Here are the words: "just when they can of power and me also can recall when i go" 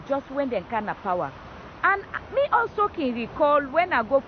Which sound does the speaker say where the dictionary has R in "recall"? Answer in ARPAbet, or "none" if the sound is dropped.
R